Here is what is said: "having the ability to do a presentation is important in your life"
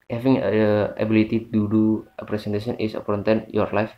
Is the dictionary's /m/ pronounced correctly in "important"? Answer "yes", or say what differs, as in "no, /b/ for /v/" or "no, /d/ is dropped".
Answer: no, /m/ is dropped